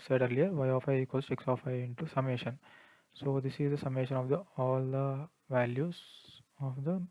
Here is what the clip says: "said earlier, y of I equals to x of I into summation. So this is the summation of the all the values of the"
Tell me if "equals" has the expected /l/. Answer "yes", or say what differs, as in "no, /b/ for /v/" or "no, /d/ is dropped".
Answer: no, /l/ is dropped